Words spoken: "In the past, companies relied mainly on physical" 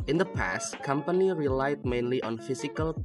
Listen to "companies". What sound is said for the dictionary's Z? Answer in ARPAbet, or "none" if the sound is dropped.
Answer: none